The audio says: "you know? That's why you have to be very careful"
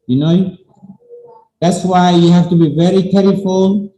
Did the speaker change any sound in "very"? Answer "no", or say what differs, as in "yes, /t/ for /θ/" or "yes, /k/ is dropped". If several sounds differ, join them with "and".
no